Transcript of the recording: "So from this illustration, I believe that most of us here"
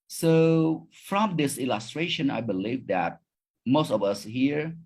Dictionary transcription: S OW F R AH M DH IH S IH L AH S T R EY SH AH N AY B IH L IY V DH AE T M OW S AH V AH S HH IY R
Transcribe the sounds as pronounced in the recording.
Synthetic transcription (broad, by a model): S OW F R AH M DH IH S IH L AH S T R EY SH AH N AY B IH L IY V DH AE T M OW S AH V AH S HH IY R